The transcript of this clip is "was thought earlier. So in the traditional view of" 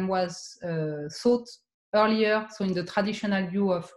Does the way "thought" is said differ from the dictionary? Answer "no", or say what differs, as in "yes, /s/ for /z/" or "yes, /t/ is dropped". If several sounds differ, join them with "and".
yes, /s/ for /θ/